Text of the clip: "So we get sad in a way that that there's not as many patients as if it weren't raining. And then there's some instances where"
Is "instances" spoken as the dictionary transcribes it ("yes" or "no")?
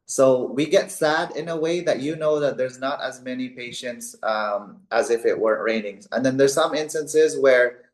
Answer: yes